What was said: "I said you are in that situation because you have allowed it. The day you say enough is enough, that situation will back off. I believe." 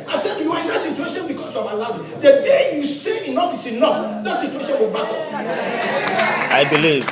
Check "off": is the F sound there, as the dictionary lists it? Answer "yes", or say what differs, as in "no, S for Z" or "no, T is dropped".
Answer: no, P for F